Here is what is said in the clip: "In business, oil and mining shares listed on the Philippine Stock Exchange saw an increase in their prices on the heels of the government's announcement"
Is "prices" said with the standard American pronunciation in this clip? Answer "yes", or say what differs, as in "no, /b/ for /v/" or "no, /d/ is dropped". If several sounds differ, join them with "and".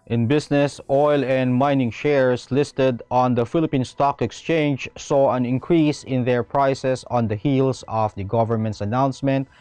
no, /s/ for /z/